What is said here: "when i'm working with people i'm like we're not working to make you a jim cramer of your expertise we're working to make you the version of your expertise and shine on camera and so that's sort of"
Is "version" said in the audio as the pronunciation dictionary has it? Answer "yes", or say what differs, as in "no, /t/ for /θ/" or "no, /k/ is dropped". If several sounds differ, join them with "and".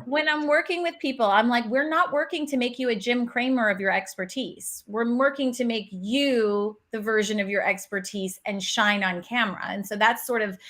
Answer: yes